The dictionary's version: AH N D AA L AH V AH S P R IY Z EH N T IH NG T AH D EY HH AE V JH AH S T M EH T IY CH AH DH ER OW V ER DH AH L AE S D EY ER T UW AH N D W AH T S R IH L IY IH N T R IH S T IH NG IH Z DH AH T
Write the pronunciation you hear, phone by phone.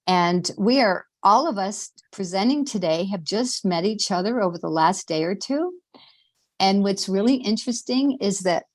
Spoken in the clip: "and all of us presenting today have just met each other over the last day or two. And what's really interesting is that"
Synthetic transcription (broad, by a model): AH N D AA L AH V AH S P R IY Z EH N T IH NG T AH D EY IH V JH AH S T M EH T IY CH AH DH ER OW V ER DH AH L AE S D EY ER T UW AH N W AH T S R IH L IY IH N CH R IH S T IH NG IH Z DH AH T